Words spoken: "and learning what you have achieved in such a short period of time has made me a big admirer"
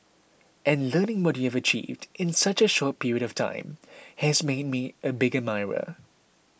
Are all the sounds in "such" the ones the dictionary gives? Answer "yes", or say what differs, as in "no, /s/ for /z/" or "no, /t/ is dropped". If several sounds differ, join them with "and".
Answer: yes